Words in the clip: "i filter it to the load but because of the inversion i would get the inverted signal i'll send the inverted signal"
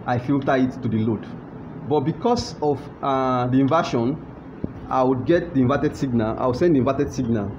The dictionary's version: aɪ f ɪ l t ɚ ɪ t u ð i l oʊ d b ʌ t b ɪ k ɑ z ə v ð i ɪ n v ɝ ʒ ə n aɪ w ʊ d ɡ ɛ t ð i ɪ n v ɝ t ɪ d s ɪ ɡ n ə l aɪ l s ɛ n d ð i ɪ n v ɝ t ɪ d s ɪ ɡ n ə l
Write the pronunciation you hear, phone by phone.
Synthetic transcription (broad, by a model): aɪ f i l t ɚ ɪ t u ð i l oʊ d b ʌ t b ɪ k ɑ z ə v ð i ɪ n v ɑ ʃ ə n aɪ w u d ɡ ɛ t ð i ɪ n v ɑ t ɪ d s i ɡ n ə l aɪ w s ɛ n d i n v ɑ t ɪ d s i ɡ n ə l